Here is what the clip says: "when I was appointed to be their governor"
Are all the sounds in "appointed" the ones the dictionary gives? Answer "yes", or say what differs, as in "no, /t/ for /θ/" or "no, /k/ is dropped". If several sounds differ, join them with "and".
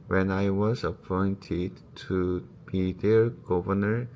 yes